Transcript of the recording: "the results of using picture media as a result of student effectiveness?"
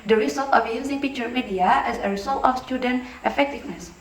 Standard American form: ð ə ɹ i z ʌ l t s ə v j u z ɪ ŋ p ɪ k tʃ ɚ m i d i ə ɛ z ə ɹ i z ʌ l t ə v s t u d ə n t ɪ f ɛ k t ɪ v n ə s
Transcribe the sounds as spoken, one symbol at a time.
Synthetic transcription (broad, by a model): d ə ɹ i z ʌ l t ə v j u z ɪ ŋ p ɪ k tʃ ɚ m i d i ə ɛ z ə ɹ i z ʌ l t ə f s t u d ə n t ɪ f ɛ k t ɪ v n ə s